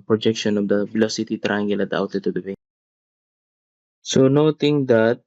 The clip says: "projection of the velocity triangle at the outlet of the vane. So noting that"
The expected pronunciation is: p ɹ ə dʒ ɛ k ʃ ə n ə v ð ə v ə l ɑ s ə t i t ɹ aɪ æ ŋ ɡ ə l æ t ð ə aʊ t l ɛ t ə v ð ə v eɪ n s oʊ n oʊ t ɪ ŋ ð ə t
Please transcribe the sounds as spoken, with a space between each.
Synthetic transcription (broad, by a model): p ɹ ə dʒ ɛ k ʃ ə n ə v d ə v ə l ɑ s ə t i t ɹ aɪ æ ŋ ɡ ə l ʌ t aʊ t ɛ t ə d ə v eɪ s oʊ n oʊ t ɪ ŋ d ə t